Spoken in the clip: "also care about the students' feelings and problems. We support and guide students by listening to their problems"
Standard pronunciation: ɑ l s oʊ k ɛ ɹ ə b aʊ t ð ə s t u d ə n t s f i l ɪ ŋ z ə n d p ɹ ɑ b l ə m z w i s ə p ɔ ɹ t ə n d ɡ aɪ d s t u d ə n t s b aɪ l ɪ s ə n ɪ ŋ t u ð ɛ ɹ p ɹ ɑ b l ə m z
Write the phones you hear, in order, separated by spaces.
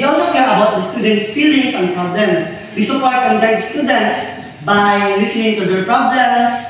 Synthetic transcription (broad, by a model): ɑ l s oʊ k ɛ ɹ ə b aʊ t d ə s t u d ə n t s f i l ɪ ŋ s ə n d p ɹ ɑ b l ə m s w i s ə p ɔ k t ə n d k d s t u d ə n t s b aɪ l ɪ s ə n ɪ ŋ t u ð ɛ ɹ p ɹ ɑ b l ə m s